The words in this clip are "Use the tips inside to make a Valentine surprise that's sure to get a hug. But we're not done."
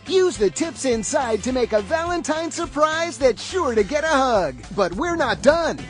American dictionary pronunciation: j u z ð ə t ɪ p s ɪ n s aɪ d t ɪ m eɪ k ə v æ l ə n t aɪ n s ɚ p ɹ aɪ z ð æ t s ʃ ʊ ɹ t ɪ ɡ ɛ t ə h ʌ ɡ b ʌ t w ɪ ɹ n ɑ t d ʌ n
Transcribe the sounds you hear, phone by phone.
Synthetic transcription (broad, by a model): j u z ð ə t ɪ p s ɪ n s aɪ d t ɪ m eɪ k ə v æ l ə n t aɪ n s ɚ p ɹ aɪ z ð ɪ t ʃ ʊ ɹ t ɪ ɡ ɛ t ə h ʌ ɡ b ʌ t w ɪ ɹ n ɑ t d ʌ n